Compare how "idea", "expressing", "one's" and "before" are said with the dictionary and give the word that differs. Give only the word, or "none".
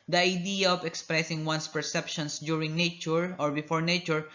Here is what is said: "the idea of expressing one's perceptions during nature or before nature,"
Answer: one's